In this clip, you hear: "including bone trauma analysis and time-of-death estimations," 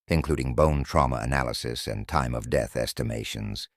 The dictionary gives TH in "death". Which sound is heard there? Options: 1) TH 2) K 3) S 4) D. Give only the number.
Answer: 1